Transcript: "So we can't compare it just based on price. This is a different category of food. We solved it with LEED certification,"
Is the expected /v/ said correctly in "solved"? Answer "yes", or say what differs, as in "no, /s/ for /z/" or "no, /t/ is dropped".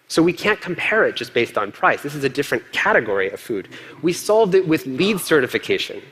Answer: yes